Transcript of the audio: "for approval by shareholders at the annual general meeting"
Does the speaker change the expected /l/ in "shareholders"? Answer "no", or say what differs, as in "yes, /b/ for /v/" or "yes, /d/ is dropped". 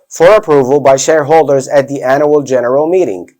no